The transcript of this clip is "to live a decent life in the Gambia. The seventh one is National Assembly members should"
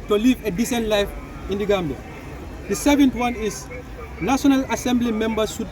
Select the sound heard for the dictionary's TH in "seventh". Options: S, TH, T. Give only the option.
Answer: T